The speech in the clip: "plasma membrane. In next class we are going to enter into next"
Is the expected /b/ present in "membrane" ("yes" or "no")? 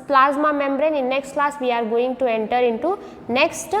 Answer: yes